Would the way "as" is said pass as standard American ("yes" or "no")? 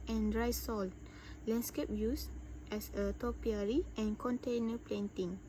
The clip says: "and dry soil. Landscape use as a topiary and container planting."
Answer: no